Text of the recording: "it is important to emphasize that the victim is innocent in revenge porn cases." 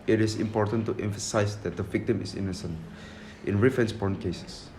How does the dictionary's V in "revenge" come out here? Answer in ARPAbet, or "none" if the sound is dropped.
F